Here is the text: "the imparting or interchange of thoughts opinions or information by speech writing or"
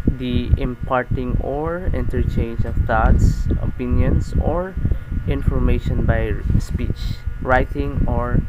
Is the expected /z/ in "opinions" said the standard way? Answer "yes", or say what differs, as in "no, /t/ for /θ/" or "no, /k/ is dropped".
no, /s/ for /z/